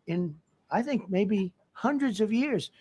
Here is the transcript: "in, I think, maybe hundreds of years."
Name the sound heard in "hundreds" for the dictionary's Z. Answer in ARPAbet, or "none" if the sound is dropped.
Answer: Z